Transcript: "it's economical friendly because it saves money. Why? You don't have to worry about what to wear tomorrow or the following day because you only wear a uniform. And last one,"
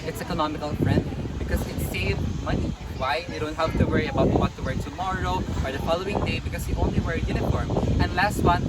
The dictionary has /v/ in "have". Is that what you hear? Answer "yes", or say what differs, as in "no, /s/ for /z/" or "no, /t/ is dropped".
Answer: no, /p/ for /v/